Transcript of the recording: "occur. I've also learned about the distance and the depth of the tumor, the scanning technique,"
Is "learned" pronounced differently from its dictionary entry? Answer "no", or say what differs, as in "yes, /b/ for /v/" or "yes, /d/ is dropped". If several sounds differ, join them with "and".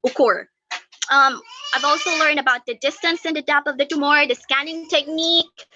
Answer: no